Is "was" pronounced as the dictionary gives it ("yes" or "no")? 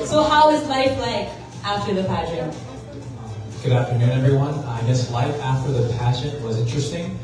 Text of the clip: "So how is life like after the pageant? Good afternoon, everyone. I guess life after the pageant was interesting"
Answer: yes